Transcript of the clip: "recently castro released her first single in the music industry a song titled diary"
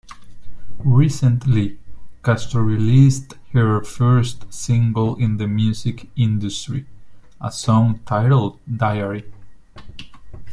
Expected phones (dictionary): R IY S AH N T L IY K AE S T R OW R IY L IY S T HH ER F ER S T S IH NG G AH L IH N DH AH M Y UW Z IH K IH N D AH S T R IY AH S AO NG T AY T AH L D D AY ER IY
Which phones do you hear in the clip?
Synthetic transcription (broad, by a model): R IY S AH N T L IY K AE S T OW R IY L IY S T HH ER F ER S T S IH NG G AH L IH N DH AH M Y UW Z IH K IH N D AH S T R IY AH S AO NG T AY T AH L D D AY ER IY